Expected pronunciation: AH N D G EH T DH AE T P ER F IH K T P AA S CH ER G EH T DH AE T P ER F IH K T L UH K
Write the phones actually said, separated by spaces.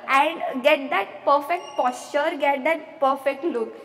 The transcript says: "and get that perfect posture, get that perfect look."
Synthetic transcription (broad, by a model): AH N D G EH T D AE T P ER F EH K T P AA S CH ER G EH T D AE T P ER F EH K T L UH K